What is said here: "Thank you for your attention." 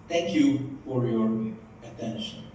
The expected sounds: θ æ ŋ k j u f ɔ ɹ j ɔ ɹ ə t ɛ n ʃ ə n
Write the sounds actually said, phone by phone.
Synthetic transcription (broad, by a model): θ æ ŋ k j u f ɔ ɹ j ɔ ɹ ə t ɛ n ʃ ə n